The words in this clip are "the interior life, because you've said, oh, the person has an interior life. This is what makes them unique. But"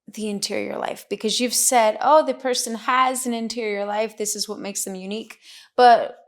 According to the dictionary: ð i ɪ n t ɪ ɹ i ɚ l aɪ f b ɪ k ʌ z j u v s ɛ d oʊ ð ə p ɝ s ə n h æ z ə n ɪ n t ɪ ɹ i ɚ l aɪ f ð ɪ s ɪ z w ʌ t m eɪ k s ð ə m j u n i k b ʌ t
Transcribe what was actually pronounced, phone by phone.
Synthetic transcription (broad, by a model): ð i ɪ n t ɪ ɹ i ɚ l aɪ f b ɪ k ʌ z j u v s ɛ d oʊ ð ə p ɝ s ə n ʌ z ə n ɪ n t ɪ ɹ i ɚ l aɪ f ð ɪ s ɪ z w ʌ t m eɪ k s ð ə m j u n i k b ʌ t